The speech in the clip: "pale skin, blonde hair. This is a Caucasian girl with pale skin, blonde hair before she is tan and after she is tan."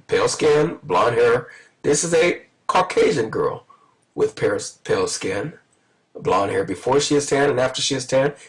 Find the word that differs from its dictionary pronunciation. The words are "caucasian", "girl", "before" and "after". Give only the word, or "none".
none